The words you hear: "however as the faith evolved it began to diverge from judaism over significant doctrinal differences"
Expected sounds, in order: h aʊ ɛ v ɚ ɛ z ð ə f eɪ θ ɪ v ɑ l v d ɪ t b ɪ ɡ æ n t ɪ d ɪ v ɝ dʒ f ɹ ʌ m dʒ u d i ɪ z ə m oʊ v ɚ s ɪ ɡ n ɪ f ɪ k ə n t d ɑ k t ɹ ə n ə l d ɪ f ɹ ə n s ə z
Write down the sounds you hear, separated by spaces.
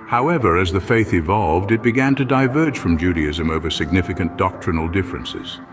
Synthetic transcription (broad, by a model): h aʊ ɛ v ɚ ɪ z ð ə f eɪ θ ɪ v ɑ l v d ɪ t b ɪ ɡ æ n t ɪ d ɪ v ɝ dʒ f ɹ ʌ m dʒ u d i ɪ z ə m oʊ v ɚ s ɪ ɡ n ɪ f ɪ k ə n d ɑ k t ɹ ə n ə l d ɪ f ɹ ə n s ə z